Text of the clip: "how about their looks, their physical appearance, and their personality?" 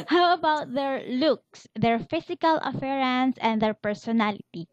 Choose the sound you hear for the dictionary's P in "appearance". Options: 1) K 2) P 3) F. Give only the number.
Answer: 3